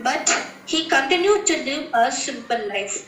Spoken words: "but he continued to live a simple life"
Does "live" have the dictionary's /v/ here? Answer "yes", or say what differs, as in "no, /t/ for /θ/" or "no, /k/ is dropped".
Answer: no, /v/ is dropped